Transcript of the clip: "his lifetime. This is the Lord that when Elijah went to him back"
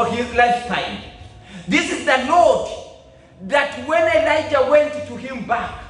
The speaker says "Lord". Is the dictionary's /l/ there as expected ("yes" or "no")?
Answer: no